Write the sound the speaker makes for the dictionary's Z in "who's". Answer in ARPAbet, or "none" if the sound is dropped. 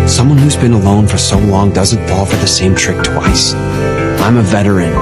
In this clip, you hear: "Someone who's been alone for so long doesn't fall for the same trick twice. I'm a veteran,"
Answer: Z